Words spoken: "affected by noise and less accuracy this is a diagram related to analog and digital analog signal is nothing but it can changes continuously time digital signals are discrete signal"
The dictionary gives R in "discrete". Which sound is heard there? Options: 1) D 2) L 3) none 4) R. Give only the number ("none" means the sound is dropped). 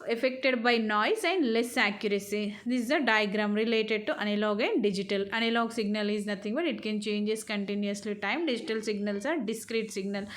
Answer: 4